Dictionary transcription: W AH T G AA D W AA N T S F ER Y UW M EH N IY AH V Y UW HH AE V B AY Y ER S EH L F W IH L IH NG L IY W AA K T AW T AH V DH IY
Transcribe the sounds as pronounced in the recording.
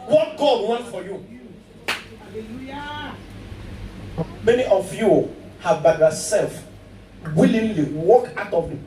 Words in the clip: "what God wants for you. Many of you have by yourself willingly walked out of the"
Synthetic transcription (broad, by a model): W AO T G AA D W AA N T F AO Y UW M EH N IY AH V Y UW HH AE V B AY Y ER S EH L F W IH L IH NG L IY W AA K AW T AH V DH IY